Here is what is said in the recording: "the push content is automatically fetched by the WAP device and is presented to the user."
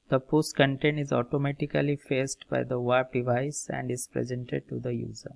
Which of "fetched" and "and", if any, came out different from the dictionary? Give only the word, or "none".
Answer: fetched